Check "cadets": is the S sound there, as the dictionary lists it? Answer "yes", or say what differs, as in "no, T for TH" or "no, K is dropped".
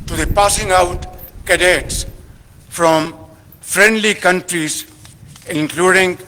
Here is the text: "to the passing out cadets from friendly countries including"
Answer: yes